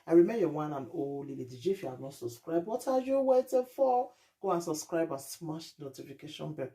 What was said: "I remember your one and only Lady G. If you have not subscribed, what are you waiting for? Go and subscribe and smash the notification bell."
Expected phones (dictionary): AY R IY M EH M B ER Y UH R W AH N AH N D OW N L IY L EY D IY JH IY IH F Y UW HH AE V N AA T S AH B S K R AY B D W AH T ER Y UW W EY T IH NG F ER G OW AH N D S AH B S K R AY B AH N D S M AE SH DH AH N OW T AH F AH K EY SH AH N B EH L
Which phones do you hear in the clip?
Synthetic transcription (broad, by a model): AY R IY M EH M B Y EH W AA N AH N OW L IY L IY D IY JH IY IH F Y UW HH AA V N AA T S AH B S K R AY B D W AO T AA Y UW W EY T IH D F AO G OW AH N S AH B S K R AY B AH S M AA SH N OW T AH F AH K EY SH AH N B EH